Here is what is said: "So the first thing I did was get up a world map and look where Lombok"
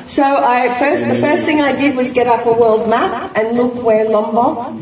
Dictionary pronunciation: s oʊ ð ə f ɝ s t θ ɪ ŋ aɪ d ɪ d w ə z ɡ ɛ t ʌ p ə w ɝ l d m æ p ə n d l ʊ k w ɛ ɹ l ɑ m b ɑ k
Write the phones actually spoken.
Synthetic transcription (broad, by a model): s oʊ ð ə f ɝ s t θ ɪ ŋ aɪ d ɪ d w ə z ɡ ɛ t ʌ p ə w ɝ l d m æ p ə n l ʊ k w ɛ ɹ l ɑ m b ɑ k